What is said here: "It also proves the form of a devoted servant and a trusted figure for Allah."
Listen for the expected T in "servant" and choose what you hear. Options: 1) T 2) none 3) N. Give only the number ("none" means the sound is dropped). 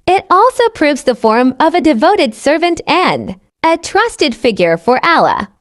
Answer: 1